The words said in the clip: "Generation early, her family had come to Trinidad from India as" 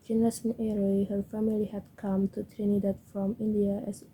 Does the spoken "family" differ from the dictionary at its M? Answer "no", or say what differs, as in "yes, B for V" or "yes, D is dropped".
no